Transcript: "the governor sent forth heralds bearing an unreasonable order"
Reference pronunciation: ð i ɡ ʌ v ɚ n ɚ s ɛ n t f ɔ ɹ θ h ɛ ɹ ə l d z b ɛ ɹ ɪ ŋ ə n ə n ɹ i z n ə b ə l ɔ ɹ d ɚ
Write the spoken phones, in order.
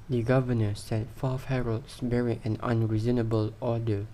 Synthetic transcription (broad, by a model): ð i ɡ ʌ v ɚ n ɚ s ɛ t f ɔ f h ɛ ɹ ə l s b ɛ ɹ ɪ ə n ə n ɹ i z n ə b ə l ɔ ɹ d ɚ